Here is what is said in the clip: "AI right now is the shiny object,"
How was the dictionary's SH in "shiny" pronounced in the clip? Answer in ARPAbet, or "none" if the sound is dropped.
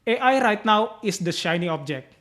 SH